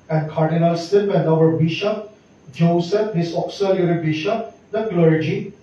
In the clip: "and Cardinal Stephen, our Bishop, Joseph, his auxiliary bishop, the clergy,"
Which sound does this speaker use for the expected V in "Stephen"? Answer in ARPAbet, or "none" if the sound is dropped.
P